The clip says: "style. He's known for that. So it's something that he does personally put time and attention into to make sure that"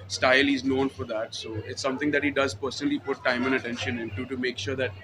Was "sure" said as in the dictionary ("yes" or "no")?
yes